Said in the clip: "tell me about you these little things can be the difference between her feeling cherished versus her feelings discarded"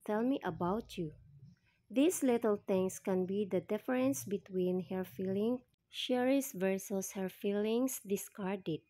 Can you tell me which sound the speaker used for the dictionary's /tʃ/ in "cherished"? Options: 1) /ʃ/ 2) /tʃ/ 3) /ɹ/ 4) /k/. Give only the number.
1